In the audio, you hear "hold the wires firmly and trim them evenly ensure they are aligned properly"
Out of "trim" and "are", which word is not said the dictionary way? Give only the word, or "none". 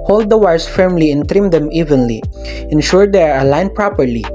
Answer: none